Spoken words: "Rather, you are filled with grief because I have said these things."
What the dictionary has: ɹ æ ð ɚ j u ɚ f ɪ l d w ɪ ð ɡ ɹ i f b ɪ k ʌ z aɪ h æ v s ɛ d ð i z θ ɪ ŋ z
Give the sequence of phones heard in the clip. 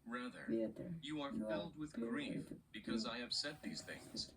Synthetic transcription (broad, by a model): ɹ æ ð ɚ j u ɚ f ɪ l d w ɪ ð ɡ ɹ i f b ɪ k ʌ z aɪ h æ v s ɛ d ð i z θ ɪ ŋ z